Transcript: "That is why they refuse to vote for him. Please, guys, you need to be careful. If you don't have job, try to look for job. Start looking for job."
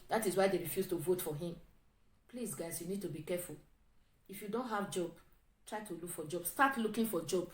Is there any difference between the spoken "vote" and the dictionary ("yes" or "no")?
no